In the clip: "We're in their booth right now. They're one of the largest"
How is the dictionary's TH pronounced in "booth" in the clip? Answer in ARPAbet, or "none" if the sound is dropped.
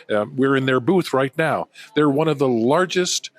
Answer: TH